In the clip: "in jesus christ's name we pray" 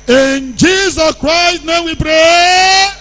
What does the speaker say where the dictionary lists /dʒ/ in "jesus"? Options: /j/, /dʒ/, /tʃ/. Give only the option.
/dʒ/